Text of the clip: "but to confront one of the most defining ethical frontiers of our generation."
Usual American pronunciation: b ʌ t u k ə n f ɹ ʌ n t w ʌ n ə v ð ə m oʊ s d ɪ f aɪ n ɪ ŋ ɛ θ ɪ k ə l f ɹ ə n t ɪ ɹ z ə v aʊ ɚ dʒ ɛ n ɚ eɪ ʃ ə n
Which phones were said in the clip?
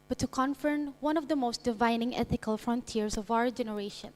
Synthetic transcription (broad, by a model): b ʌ t u k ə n f ʌ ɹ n w ʌ n ə v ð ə m oʊ s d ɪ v aɪ n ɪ ŋ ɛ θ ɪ k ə l f ɹ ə n t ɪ ɹ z ə v aʊ ɚ dʒ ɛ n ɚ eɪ ʃ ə n